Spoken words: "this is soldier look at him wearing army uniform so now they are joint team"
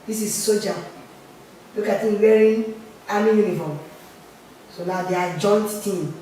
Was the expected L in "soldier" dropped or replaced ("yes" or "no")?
yes